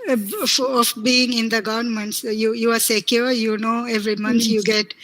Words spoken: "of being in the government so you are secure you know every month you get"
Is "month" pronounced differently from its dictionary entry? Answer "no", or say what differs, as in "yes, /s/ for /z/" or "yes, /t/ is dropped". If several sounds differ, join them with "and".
yes, /t/ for /θ/